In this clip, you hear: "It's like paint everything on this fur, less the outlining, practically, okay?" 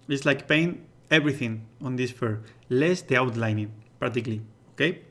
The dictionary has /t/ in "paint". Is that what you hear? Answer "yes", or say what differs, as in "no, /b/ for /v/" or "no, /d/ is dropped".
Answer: no, /t/ is dropped